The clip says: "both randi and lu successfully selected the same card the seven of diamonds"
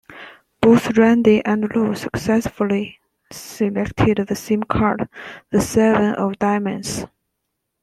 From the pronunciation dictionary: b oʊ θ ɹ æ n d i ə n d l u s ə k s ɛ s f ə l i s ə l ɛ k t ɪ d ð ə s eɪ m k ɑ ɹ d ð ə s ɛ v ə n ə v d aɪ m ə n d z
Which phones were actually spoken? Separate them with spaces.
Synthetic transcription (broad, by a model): b oʊ θ ɹ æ n d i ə n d l u s ə k s ɛ s f ə l i s ə l ɛ k t ɪ d ð ə s eɪ m k ɑ ɹ d ð ə s ɛ v ə n ə v d aɪ m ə n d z